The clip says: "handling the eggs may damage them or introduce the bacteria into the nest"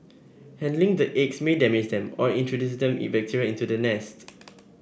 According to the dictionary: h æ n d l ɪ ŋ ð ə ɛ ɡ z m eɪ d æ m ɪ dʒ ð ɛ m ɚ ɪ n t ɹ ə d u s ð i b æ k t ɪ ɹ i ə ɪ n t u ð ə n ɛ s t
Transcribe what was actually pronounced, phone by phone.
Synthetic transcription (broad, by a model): h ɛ n d l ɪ ŋ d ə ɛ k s m eɪ d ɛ m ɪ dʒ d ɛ m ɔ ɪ n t ɹ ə d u s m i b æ k t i ɹ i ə ɪ n t u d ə n ɛ s t